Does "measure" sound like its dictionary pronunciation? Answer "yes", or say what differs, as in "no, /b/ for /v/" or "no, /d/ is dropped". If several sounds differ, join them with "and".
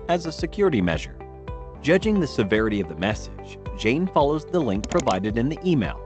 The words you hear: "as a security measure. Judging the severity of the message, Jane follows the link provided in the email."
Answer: yes